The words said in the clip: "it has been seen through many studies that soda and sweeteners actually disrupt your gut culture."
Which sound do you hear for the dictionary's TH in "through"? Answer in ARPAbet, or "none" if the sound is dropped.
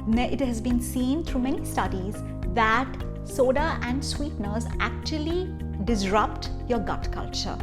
T